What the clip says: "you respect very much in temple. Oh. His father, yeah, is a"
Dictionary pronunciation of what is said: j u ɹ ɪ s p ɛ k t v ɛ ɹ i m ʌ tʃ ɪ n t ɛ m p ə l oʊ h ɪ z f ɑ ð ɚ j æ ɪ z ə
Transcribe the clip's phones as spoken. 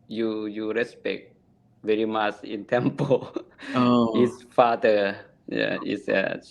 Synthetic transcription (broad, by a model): j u ɹ ɪ s p ɛ k t v ɛ ɹ i m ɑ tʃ ɪ n t ɛ m p ə l oʊ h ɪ s f ɑ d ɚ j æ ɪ s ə